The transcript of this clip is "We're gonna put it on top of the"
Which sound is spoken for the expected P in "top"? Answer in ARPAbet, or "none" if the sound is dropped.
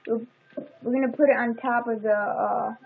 P